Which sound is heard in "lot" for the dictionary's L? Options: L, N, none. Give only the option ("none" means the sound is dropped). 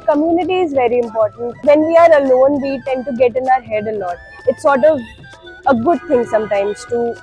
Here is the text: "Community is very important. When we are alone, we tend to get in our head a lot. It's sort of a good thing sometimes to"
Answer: N